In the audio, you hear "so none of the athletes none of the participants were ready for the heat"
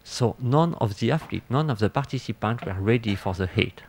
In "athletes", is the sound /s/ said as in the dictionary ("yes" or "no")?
no